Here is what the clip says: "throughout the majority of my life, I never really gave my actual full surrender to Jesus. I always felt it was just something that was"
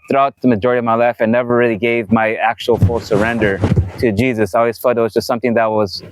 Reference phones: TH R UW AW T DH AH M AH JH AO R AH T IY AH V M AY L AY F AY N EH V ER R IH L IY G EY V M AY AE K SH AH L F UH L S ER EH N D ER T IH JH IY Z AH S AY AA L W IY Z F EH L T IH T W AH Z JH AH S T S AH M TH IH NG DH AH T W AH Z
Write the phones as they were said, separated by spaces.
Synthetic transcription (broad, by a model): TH R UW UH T DH AH M AH JH AO R AH T IY AH V M AY L AY F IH N EH V ER R IH L IY G EY V M AY AE K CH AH L F UH L S ER EH N D ER T IH JH IY Z AH S AY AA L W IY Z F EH T IH T W AH Z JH AH S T S AH M TH IH NG DH AH T W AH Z